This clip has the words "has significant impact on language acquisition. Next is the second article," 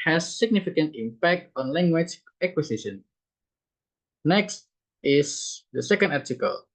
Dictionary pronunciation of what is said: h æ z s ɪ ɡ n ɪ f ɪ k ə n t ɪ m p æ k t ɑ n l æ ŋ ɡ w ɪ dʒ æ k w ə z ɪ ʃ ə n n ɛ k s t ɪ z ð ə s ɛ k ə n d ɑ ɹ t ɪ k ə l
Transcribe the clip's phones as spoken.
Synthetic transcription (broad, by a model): h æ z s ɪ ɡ n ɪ f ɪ k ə n t ɪ m p æ k t ɑ n l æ ŋ ɡ w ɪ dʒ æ k w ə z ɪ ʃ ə n n ɛ k s t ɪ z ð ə s ɛ k ə n d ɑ ɹ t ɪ k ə l